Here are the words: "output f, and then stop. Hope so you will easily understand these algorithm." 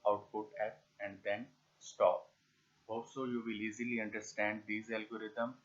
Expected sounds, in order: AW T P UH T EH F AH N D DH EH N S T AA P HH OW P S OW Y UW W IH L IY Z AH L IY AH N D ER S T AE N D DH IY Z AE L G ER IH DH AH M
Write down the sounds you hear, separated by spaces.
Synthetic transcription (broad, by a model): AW T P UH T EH P AH N D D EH N S T AA P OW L S OW Y UW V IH L IY Z AH L IY AH N D ER S T AE N D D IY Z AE L G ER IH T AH M